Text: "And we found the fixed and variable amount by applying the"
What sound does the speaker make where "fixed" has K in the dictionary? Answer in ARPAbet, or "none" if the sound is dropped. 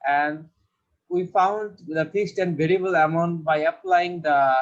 none